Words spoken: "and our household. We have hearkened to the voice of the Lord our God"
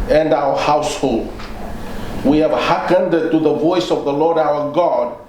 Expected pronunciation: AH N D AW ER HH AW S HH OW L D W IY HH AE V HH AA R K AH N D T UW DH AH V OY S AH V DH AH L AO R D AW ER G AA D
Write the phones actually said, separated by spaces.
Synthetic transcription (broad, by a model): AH N D AW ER HH AW S HH OW L D W IY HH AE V HH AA K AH N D T UW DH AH V OY S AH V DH AH L AO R D AW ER G AA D